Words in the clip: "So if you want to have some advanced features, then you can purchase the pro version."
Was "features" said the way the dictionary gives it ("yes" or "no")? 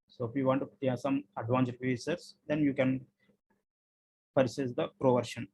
no